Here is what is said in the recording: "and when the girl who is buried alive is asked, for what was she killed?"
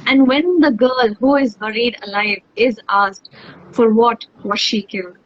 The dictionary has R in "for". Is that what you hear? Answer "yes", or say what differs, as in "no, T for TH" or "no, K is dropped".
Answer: yes